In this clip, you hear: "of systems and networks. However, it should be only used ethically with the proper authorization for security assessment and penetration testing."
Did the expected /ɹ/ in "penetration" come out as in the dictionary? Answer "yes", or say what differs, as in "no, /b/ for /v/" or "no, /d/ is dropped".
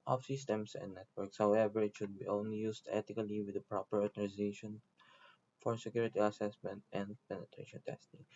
yes